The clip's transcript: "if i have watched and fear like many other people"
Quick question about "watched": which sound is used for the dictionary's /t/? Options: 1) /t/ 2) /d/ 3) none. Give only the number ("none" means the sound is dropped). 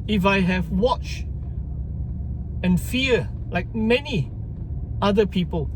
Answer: 3